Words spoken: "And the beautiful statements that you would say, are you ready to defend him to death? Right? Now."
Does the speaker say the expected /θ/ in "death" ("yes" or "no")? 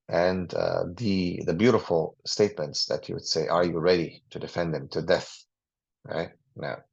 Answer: yes